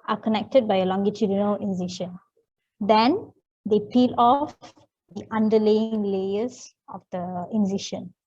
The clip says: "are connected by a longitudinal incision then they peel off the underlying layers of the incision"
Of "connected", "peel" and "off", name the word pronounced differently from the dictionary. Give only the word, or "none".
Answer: none